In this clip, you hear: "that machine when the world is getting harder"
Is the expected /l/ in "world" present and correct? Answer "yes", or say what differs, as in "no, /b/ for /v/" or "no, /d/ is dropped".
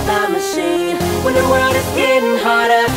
no, /l/ is dropped